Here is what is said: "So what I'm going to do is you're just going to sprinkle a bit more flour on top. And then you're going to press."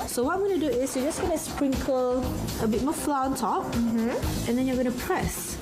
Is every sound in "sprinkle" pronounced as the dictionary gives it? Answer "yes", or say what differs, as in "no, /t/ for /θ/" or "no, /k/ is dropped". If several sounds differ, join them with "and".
yes